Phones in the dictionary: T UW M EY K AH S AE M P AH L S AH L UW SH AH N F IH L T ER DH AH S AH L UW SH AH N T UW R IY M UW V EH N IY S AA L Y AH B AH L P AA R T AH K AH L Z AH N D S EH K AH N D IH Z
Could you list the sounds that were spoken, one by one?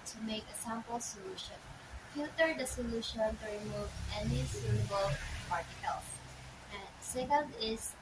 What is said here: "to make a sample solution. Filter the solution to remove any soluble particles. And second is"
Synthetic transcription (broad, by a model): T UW M EY K AH S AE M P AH L S AH L UW SH AH N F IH T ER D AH S AH L UW SH AH N T UW R IY M UW V EH N IY S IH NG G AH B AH L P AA R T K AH L AH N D S EH K AH N D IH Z